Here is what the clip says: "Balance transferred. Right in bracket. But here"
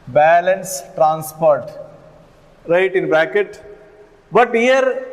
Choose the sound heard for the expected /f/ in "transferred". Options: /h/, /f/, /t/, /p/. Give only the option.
/p/